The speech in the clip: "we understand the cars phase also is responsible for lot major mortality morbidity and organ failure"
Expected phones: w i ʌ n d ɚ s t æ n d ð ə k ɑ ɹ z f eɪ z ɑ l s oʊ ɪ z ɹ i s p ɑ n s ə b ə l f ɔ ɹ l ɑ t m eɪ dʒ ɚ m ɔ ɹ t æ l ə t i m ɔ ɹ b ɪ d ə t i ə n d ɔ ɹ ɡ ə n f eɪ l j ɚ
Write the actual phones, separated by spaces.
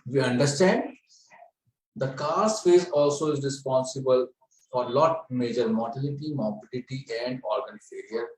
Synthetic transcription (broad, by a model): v i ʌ n d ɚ s t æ n d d ə k ɑ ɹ s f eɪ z ɑ l s oʊ ɪ z ɹ i s p ɑ n s ə b ə l f ɔ ɹ l ɑ t m eɪ dʒ ɚ m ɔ ɹ t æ l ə t i m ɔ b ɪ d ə t i ə n d ɔ ɹ ɡ ə n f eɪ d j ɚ